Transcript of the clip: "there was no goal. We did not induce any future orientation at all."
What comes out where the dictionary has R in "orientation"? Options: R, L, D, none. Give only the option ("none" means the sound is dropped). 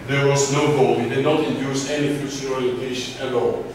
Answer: L